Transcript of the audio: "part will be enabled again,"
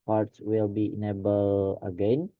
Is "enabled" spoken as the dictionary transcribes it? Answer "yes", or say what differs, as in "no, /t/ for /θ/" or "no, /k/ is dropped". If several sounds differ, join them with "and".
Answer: no, /d/ is dropped